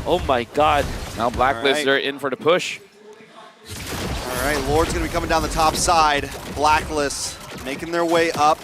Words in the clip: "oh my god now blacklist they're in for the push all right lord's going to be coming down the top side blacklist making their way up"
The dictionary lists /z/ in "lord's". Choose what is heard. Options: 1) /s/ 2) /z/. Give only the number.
2